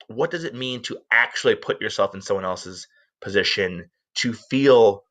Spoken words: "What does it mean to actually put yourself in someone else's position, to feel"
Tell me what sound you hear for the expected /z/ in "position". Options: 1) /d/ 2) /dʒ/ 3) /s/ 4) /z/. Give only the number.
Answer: 4